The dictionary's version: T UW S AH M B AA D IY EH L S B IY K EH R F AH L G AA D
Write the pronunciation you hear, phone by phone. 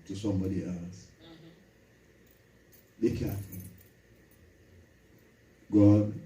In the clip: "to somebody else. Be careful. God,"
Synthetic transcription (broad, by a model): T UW S AH M B AA D IY EH L S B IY K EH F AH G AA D